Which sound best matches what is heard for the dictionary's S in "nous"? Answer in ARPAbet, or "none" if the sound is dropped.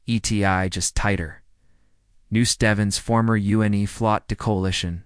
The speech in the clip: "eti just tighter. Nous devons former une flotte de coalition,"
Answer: S